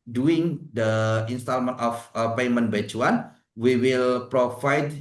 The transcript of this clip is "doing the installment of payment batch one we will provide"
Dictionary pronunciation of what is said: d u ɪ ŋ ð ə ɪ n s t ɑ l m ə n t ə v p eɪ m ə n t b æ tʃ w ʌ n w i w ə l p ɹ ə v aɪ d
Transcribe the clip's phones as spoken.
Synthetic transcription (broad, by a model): d u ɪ ŋ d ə ɪ n s t ɑ l m ə n t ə f p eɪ m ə n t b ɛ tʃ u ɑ n w i w ə l p ɹ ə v aɪ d